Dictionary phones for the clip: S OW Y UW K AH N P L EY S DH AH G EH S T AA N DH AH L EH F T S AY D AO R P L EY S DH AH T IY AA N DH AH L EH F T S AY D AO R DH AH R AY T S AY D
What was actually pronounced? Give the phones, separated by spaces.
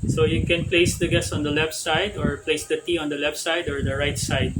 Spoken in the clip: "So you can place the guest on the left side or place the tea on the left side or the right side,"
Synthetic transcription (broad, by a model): S OW Y UW K AH N P L EY S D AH G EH S AA N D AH L EH F T S AY D AO R P L EY S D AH T IY AA N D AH L EH F T S AY D AO R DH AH R AY T S AY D